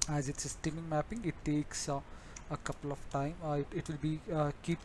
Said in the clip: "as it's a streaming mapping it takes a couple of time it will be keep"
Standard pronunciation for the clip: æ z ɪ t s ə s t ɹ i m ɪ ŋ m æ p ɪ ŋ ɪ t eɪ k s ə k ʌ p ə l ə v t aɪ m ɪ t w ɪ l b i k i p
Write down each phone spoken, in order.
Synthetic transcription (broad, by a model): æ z ɪ t s ə s t i m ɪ ŋ m æ p ɪ ŋ ɪ t eɪ k s ə k ʌ p ə l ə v t aɪ m ɪ t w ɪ l b i k i p